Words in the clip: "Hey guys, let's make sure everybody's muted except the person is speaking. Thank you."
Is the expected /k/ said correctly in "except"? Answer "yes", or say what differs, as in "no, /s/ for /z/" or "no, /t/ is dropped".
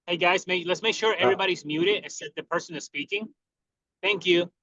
no, /k/ is dropped